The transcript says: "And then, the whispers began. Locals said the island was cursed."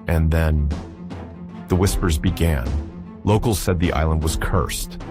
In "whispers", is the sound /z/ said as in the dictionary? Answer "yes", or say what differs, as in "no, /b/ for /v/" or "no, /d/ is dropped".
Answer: yes